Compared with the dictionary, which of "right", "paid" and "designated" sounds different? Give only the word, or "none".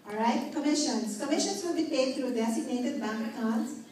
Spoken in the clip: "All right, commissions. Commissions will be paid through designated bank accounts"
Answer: designated